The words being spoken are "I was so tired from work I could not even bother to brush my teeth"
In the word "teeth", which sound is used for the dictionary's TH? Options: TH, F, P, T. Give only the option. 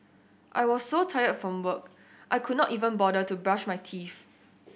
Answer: F